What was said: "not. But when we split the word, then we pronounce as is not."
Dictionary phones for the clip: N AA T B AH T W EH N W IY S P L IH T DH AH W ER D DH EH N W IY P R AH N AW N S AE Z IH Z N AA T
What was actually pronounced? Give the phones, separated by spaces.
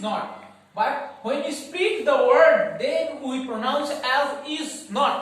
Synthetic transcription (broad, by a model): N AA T B AH T W EH N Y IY S P IY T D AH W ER D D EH N W IY P R AH N AW N S AE Z IH Z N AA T